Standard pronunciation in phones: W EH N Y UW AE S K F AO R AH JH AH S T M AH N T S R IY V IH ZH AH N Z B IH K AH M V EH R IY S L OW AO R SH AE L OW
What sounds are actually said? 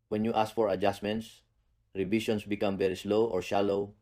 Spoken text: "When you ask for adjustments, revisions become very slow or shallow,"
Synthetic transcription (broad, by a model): W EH N Y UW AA S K F AO R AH JH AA S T M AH N T S R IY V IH SH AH N S B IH K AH M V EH R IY S L OW AO R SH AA L OW